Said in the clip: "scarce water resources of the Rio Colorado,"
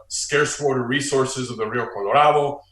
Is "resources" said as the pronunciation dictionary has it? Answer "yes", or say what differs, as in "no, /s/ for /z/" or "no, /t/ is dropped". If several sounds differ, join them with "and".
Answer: yes